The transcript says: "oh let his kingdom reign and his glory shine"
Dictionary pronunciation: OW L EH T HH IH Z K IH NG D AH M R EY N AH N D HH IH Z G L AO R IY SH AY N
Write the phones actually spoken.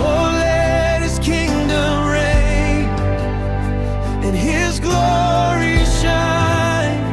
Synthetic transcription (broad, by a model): OW L EH T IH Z K IH NG D AH M R EY AH N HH IH Z G L AO R IY SH AY N